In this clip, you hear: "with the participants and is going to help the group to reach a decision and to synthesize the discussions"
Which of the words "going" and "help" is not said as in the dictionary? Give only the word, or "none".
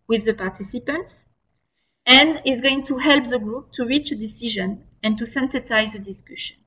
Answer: none